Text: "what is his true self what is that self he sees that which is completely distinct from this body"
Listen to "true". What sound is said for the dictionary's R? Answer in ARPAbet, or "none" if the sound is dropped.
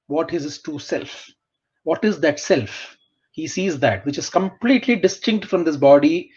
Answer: none